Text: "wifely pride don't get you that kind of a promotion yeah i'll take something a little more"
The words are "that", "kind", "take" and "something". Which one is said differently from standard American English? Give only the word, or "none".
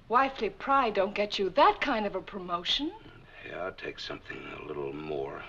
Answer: none